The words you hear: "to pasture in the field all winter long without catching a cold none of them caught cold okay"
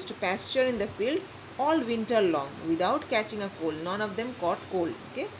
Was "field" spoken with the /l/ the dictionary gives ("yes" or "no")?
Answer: yes